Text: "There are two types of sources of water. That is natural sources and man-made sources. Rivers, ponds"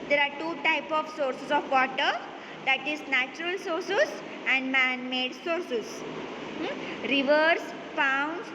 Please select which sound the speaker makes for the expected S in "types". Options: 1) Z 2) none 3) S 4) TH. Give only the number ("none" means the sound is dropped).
2